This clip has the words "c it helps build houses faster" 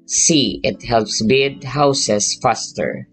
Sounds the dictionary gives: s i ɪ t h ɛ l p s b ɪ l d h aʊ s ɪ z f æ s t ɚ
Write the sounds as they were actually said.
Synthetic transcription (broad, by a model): s i ɪ t h ɛ l p s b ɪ d h aʊ s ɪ s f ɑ s t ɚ